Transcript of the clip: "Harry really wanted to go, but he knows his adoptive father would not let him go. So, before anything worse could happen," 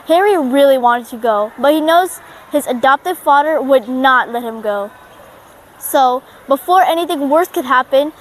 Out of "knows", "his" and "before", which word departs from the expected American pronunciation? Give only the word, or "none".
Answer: none